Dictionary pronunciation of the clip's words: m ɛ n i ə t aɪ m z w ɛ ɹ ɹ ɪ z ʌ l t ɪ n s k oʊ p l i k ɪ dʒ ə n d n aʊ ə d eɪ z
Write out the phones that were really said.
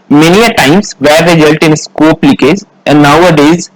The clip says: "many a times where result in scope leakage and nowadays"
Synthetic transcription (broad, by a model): m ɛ n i ə t aɪ m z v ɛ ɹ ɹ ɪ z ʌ l t ɪ n s k oʊ p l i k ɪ z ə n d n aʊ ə d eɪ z